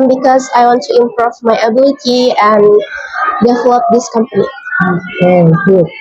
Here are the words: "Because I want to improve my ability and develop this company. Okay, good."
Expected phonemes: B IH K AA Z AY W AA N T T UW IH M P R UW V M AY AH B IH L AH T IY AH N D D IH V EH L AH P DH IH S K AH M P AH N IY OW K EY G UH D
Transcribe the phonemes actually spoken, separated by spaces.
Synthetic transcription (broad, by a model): B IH K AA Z AY W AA N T T UW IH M P R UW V M AY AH B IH L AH T IY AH N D D IH V EH L AH P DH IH S K AH M P AH N IY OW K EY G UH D